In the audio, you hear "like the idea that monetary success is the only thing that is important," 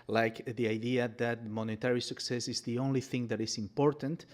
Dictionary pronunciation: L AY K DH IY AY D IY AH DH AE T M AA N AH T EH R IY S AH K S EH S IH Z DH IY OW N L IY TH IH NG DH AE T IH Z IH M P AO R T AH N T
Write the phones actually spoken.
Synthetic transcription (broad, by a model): L AY K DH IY AY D IY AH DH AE T M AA N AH T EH R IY S AH K S EH S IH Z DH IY OW N L IY TH IH NG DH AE T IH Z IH M P AO R T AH N T